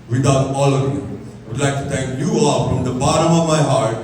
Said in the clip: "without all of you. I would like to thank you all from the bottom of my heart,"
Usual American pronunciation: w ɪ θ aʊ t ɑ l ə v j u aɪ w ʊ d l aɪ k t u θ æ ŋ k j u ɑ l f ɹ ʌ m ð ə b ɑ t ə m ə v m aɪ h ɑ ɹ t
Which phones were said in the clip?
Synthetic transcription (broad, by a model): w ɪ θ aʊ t ɑ l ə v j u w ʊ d l aɪ k t u t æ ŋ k j u ɑ l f ɹ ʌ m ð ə b ɑ t ə m ə v m aɪ h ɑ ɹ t